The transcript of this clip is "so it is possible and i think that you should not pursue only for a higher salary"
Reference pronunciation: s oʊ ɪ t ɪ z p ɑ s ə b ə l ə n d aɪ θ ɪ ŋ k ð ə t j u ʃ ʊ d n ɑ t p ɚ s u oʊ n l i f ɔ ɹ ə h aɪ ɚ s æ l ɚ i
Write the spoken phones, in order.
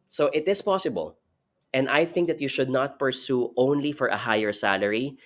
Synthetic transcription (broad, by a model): s oʊ ɪ t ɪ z p ɑ s ə b ə l ə n d aɪ θ ɪ ŋ k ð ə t j u ʃ ʊ d n ɑ t p ɚ s u oʊ n l i f ɔ ɹ ə h aɪ ɚ s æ l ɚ i